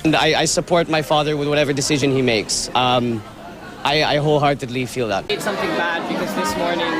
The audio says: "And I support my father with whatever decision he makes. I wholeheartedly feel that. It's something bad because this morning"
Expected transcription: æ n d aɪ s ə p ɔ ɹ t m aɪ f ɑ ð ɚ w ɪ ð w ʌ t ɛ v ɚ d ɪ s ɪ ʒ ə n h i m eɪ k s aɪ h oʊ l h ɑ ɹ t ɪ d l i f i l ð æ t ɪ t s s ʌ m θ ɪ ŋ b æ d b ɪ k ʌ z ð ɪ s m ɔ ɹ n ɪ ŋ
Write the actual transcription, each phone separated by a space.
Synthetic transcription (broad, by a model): n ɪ aɪ s ə p ɔ ɹ t m aɪ f ɑ ð ɚ w ɪ ð w ʌ t ɛ v ɚ d ɪ s ɪ ʒ ə n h i m eɪ k s aɪ h oʊ l h ɑ ɹ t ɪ l i f i l ð æ t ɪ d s s ʌ m θ ɪ ŋ b æ d b ɪ k ʌ z ð ɪ s m ɔ ɹ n ɪ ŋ